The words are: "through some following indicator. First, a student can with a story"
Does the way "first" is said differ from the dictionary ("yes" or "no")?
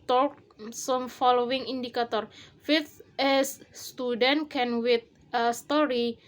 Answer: yes